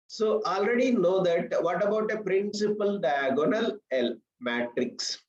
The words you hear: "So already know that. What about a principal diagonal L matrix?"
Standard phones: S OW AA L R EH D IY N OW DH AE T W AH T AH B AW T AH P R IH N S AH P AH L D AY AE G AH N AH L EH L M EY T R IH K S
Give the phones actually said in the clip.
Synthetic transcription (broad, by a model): S OW AA L R EH D IY N OW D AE T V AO T AH B AW T AH P R IH N S AH P AH L D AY G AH N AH L EH L M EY T R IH K S